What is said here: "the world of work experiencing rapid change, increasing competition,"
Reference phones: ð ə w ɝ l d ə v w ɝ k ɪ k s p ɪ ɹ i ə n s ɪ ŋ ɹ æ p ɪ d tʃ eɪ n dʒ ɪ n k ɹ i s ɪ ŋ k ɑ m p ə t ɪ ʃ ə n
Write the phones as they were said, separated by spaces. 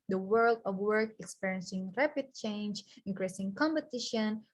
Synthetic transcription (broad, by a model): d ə w ɝ l d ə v w ɝ k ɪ k s p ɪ ɹ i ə n s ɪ ŋ ɹ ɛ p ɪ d tʃ eɪ n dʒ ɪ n k ɹ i s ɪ ŋ k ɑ m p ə t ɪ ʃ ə n